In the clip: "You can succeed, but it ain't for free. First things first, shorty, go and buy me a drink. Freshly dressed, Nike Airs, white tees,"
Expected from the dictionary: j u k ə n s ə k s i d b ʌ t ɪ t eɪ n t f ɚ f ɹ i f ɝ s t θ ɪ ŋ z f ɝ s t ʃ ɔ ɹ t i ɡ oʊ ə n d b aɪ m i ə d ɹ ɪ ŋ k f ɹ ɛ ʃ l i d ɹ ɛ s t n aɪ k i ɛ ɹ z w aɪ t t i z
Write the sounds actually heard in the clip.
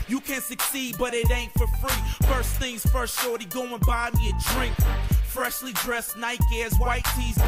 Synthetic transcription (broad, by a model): j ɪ k ə n s ə k s i d b ʌ t ɪ t eɪ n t f ɚ f ɹ i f ɝ s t θ ɪ ŋ z f ɝ s t ʃ ɔ ɹ t i ɡ oʊ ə n b aɪ m i ə d ɹ ɪ ŋ k f ɹ ɛ ʃ l i d ɹ ɛ s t n aɪ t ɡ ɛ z w aɪ t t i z